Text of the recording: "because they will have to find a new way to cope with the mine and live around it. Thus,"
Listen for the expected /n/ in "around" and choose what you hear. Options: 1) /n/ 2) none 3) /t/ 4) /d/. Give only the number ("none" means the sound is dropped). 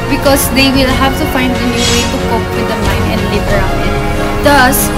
2